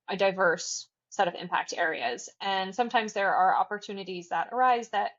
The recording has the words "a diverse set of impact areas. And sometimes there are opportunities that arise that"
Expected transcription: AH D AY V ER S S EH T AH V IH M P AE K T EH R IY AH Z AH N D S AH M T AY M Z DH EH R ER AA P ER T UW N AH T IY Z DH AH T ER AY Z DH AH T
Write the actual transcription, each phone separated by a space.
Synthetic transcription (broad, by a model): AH D AY V ER S S EH T AH V IH M P AE K T EH R IY AH Z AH N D S AH M T AY M Z DH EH R ER AA P ER T UW N AH T IY Z DH AH T ER AY Z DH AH T